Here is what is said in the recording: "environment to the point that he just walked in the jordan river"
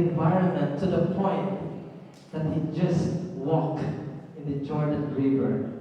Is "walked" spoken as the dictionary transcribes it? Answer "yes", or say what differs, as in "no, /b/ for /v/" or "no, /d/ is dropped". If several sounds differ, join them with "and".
no, /t/ is dropped